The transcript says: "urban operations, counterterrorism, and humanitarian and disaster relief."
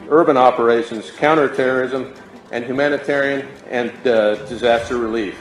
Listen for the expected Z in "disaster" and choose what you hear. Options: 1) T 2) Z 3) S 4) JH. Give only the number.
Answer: 2